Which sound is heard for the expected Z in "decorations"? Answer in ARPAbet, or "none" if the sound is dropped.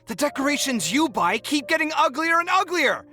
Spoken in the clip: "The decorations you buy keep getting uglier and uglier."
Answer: Z